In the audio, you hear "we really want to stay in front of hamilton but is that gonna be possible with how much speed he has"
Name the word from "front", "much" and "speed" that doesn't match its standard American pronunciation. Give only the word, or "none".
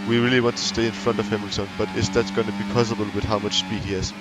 none